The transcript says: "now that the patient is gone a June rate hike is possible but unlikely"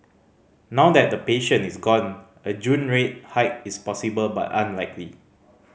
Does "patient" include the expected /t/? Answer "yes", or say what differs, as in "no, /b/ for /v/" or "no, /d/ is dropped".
no, /t/ is dropped